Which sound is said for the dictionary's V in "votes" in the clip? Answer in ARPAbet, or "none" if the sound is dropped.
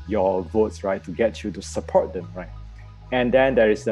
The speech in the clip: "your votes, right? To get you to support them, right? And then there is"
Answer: V